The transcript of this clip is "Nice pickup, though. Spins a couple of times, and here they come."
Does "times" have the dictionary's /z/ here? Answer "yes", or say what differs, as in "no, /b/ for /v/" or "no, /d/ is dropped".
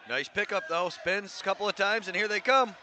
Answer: yes